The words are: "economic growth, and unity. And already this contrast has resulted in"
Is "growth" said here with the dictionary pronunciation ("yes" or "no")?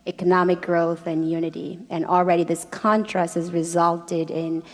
yes